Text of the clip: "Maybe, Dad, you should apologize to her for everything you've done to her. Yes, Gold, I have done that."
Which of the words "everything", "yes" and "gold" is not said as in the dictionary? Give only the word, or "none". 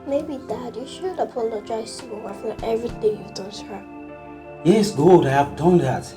gold